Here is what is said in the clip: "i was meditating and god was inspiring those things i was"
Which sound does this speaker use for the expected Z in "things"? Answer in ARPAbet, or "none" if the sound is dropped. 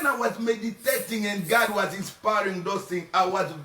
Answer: none